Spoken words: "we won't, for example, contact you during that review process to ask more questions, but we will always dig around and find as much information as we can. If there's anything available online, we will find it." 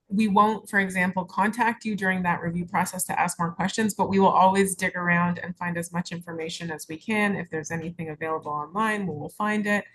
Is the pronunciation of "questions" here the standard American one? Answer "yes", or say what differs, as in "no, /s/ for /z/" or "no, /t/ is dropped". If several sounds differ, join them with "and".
yes